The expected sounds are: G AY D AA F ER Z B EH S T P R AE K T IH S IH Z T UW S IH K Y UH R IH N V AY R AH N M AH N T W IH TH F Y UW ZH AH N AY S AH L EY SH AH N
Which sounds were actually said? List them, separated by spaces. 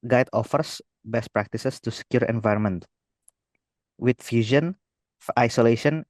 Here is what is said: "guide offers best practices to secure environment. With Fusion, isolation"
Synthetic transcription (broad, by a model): G AY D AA F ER S B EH S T P R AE K T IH S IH S T UW S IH K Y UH R IH N V AY R AH N M AH N T W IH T F Y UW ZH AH N AY S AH L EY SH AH N